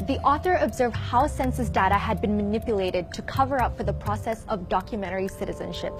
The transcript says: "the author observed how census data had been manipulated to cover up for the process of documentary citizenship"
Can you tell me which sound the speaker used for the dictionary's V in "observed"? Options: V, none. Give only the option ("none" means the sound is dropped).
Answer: V